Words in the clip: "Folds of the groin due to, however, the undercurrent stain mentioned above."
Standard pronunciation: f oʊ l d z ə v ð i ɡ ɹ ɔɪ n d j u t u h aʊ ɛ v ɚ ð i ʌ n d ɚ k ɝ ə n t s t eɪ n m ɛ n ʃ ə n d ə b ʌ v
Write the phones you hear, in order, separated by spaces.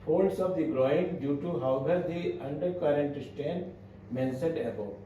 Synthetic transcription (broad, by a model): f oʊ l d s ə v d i ɡ ɹ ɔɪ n d j u t u h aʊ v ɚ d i ʌ n d ɚ k ɝ ə n t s t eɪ n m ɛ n s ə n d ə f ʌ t